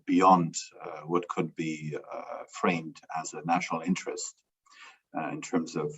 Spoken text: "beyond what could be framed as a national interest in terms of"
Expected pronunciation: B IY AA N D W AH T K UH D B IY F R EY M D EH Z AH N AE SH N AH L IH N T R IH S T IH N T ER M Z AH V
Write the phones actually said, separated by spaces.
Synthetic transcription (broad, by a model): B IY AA N D W AH T K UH D B IY F R EY M D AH Z AH N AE SH N L IH N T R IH S T IH N T ER M Z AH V